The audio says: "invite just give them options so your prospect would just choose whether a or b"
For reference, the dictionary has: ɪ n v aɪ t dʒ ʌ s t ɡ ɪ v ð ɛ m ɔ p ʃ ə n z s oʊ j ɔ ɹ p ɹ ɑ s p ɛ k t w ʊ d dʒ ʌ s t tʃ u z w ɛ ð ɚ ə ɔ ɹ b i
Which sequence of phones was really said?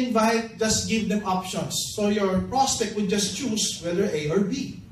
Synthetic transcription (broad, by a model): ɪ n v aɪ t dʒ ʌ s t ɡ ɪ v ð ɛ m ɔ p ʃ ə n s oʊ j ɔ ɹ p ɹ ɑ s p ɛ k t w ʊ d dʒ ʌ s t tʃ u s w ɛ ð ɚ ə ɔ ɹ b i